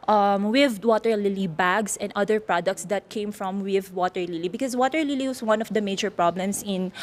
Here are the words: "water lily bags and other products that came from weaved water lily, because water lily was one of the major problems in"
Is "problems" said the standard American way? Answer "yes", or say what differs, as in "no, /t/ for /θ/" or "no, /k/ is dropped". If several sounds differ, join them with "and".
no, /s/ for /z/